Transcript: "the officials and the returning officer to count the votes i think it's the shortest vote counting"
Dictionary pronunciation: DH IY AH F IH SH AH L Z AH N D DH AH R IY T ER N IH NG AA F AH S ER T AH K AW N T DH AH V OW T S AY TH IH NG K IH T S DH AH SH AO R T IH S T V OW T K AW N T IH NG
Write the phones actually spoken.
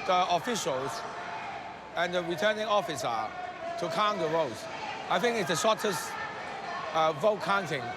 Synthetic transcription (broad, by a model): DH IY AH F IH SH AH L Z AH N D DH AH R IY T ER N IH NG AA F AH S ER T AH K AW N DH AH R OW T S AY TH IH NG K IH T S DH AH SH AO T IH S T V OW T K AW N T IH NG